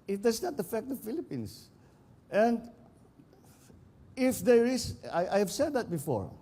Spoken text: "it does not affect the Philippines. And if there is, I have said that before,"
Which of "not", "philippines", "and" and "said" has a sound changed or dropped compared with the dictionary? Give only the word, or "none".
philippines